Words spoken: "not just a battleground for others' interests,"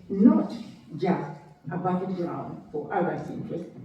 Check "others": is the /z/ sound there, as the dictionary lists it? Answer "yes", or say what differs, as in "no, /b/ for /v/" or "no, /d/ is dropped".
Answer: no, /s/ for /z/